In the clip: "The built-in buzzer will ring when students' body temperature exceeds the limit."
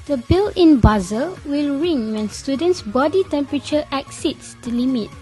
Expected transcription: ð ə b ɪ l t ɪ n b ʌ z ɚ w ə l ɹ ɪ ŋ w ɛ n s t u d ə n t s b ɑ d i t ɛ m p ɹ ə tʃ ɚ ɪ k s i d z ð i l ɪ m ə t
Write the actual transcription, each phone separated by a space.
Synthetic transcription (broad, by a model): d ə b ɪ l ɪ n b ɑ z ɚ w ə l ɹ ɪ ŋ w ɛ n s t u d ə n t s b ɑ d i t ɛ m p ɹ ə tʃ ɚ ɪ k s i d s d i l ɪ m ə t